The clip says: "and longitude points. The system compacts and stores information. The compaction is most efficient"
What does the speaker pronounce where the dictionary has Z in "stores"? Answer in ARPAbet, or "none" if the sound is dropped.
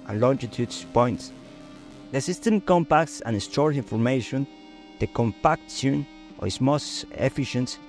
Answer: none